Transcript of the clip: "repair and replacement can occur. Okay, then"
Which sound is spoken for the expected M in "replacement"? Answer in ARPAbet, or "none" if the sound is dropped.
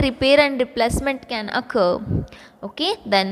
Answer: M